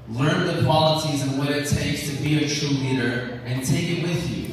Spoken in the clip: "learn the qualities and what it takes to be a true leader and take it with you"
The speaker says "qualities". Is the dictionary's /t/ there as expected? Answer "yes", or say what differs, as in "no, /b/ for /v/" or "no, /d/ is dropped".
no, /s/ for /t/